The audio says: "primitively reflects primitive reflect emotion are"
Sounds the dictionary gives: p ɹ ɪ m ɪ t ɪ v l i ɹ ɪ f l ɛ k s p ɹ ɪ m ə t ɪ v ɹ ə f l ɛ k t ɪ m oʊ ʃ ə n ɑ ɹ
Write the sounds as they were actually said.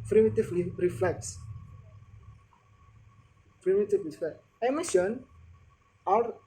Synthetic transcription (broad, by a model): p ɹ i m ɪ t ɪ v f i ɹ ɪ f l ɛ k s p ɹ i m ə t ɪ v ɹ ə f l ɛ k ɪ m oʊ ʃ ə n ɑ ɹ